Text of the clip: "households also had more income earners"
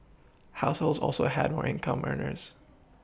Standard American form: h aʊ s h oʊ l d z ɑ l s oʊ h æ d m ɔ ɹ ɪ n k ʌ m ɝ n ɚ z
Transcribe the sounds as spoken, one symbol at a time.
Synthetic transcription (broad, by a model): h aʊ s h oʊ l d z ɑ l s oʊ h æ d m ɔ ɹ ɪ n k ʌ m ɝ n ɚ z